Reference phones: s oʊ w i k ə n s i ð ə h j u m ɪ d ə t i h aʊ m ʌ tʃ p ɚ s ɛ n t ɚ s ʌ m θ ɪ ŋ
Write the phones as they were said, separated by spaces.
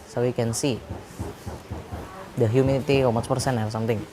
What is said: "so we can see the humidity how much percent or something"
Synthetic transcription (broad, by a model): s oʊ w i k ə n s i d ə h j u m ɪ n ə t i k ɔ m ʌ s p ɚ s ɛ n ɚ s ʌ m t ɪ ŋ